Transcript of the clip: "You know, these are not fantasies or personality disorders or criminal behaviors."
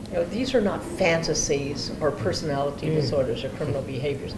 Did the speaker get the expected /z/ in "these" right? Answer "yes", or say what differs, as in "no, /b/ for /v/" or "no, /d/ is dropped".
yes